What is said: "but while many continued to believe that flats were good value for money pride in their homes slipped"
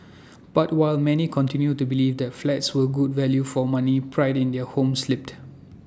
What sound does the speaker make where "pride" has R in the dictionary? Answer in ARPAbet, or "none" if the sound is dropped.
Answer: R